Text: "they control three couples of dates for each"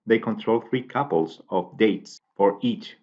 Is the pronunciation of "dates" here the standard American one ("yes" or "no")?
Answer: yes